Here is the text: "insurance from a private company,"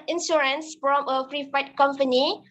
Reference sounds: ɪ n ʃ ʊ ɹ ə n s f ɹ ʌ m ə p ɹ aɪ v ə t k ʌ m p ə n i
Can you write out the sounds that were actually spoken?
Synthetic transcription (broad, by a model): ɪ n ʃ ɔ ɹ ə n s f ɹ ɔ m ə f ɹ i f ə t k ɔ m p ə n i